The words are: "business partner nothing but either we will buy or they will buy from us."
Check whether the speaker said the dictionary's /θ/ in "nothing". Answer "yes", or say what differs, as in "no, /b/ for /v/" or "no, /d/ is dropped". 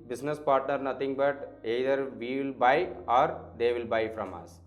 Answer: no, /t/ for /θ/